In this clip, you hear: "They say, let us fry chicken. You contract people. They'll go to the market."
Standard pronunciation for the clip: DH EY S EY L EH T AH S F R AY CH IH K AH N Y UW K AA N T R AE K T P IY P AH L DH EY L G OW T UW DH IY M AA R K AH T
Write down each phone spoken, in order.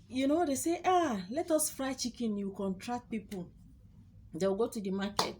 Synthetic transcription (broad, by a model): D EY S EY L EH T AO S F R AY CH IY K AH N Y UW K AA N T R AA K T P IY P AH L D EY W G OW T UW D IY M AA K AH T